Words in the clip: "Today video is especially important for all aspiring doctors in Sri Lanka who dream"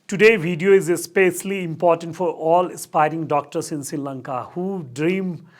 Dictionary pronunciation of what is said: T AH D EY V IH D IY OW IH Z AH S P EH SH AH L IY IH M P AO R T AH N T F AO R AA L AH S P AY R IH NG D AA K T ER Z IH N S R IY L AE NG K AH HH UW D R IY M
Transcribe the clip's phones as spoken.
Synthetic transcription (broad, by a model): T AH D EY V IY D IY OW IH Z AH S P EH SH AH L IY IH M P AO R T AH N T F AO R AA L AH S P AY R IH NG D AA K T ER S IH N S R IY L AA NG K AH HH UW D R IY M